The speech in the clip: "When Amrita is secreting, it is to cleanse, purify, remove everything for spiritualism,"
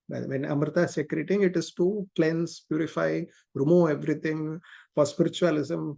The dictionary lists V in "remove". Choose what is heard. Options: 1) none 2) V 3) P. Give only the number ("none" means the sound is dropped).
1